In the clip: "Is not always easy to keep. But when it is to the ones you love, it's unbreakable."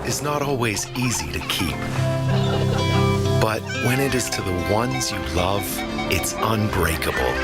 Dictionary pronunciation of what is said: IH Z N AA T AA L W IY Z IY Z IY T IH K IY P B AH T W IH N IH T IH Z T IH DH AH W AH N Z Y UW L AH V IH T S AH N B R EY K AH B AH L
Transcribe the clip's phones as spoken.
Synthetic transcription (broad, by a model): IH Z N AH T AA L W IY Z IY Z IY T IH K IY P B AH T W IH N IH T IH Z T IH DH AH W AH N Z Y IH L AH V IH T S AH N B R EY K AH B L